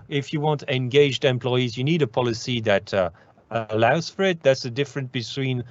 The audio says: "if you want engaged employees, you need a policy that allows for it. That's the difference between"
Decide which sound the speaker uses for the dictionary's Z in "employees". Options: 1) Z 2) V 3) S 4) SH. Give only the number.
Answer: 1